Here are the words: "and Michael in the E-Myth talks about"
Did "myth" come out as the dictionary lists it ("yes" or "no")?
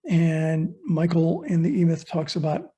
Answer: yes